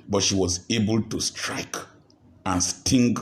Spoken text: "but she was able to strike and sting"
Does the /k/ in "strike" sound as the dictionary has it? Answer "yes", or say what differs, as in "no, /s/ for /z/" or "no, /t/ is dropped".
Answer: yes